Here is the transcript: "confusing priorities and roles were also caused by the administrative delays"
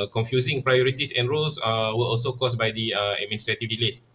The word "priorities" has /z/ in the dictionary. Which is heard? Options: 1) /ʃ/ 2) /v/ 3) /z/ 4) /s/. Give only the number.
4